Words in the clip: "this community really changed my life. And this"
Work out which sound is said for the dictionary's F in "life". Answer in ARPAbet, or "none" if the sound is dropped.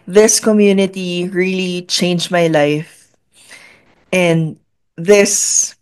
F